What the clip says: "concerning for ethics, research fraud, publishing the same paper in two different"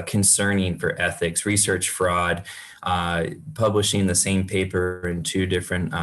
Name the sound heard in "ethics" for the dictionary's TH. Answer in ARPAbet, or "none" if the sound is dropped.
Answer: TH